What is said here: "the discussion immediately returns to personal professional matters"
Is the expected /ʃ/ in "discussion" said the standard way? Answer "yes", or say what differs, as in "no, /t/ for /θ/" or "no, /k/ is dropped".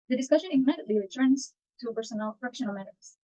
yes